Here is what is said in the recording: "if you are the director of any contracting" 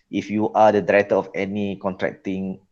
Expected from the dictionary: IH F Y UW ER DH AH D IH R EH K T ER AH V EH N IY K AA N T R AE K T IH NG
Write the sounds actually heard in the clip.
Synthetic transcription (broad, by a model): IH F Y UW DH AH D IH R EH T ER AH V EH N IY K AA N T R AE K T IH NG